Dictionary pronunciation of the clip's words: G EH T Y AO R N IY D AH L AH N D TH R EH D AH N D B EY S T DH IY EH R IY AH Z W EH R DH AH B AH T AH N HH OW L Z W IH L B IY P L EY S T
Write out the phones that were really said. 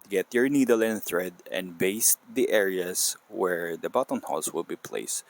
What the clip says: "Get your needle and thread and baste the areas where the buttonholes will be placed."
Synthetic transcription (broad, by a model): G EH T Y AO R N IY D AH L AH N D TH R EH D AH N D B EY S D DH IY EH R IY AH S W EH R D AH B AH T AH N HH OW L S W IH L B IY P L EY S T